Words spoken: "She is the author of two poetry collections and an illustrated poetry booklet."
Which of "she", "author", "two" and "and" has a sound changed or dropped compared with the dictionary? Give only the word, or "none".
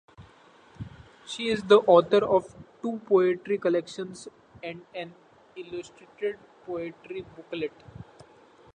author